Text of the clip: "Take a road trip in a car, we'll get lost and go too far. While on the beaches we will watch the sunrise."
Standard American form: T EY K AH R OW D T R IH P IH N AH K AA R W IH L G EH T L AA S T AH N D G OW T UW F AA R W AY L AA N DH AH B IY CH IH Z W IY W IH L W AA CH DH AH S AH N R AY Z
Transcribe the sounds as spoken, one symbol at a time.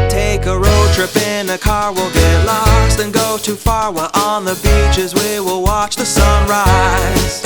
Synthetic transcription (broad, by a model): T EY K AH R OW D T R IH P IH N AH K AA R W IH L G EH L AA S T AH N G OW T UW F AA R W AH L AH N DH AH B IY CH IH Z W IY W IH L W AA CH DH AH S AH N R AY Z